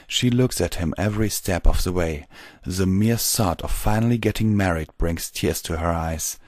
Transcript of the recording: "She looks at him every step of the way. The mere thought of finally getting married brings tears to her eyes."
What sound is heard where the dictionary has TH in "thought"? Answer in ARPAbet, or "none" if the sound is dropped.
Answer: S